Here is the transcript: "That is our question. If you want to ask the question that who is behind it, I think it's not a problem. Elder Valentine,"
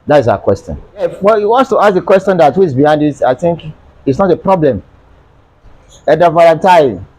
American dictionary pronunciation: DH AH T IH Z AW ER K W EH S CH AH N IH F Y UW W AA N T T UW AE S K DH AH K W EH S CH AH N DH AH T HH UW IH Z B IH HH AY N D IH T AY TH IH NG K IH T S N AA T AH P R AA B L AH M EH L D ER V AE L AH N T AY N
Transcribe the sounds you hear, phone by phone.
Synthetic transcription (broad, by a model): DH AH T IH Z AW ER K W EH S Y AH N IH F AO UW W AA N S T UW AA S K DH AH K W EH S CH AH N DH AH T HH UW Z B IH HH AY N D IH T AY TH IH NG K IH T S N AA T AH P R AA B L AH M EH D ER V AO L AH N T AY